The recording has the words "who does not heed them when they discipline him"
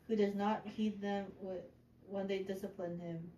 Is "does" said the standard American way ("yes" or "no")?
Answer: yes